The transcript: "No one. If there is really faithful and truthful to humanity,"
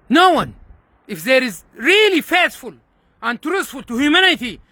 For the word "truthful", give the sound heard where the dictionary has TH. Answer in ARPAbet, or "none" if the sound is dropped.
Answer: T